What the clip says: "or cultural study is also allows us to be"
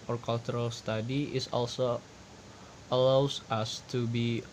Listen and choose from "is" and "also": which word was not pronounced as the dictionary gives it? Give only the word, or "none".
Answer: is